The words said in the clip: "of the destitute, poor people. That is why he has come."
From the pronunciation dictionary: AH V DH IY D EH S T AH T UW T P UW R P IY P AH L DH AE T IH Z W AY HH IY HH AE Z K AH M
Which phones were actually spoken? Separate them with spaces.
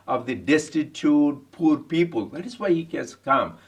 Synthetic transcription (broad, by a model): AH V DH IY D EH S T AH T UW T P UW R P IY P AH L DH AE T IH Z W AY HH IY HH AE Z K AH M